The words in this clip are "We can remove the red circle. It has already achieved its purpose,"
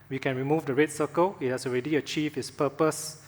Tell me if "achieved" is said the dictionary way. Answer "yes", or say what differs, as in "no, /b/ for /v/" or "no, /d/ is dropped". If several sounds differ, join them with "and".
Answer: no, /d/ is dropped